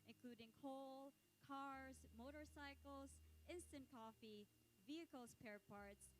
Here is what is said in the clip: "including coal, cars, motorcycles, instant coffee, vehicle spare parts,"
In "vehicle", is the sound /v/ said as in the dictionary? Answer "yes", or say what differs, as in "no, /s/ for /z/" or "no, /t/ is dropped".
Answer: yes